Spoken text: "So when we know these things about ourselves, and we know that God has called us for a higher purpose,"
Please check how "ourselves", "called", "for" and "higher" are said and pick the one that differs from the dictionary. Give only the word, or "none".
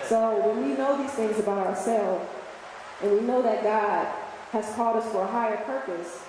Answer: none